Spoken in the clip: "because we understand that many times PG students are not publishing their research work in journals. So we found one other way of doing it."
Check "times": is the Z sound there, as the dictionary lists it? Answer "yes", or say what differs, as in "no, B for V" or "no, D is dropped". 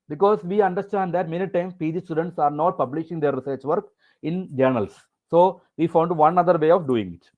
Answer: no, Z is dropped